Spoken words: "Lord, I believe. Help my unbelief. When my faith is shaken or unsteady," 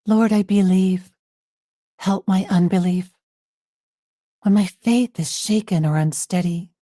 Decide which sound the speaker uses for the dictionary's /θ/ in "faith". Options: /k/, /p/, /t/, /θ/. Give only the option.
/θ/